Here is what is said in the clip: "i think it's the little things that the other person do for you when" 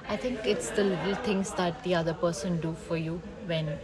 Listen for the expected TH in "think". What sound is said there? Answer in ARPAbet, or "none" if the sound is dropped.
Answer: T